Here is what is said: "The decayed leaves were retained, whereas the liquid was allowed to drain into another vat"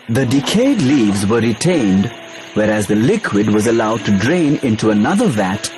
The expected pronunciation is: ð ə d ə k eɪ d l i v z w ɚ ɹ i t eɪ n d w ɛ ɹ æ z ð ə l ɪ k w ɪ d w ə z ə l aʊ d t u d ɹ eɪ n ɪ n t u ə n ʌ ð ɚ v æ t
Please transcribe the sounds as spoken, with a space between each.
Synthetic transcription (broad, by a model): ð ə d ə k eɪ d l i v z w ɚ ɹ i t eɪ n d w ɛ ɹ æ z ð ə l ɪ k w ɪ d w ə z ə l aʊ d t u d ɹ eɪ n ɪ n t u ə n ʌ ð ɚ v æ t